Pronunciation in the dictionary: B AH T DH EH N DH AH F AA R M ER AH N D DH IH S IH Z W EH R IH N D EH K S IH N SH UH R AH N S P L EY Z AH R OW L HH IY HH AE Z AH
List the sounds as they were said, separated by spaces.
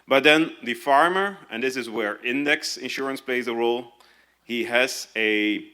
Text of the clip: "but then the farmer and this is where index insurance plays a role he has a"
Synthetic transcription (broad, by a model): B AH T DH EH N DH AH F AA R M ER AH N DH IH S IH Z W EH R IH N D EH K S IH N SH UH R AH N S P L EY Z AH R OW L HH IY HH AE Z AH